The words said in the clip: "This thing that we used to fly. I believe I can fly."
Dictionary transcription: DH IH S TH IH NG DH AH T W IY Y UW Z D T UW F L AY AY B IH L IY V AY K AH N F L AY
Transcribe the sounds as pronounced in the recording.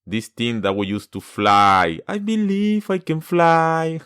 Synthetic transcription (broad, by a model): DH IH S T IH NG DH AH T W IY Y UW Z T UW F L AY AY B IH L IY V AY K AH N F L AY